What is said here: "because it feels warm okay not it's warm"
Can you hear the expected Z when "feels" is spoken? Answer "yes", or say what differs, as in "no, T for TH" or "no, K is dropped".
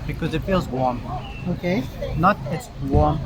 yes